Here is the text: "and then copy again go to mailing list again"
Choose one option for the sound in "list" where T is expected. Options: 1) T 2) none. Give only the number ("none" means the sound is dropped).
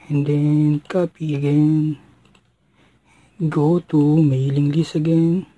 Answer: 2